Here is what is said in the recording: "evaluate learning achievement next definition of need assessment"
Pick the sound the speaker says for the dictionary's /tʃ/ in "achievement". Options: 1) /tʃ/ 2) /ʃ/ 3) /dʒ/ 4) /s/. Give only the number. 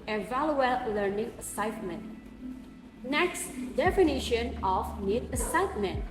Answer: 4